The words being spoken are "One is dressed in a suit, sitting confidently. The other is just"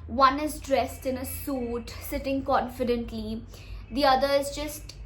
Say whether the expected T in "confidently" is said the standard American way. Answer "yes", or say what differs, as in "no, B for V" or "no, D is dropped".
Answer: yes